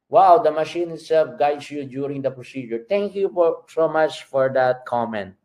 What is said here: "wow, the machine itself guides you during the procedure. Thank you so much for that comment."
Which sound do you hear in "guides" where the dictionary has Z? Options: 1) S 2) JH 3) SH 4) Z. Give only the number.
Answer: 1